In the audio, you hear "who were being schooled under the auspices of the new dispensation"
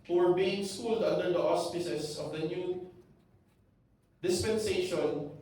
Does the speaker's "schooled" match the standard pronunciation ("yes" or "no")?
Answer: yes